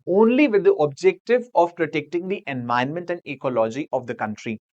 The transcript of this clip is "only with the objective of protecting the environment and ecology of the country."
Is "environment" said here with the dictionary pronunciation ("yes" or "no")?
no